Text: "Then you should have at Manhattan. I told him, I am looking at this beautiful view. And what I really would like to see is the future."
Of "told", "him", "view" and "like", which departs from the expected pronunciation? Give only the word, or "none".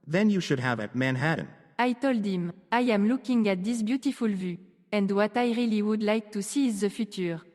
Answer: none